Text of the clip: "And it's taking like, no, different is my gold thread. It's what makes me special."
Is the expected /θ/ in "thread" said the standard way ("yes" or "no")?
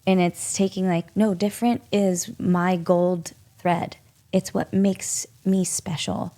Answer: yes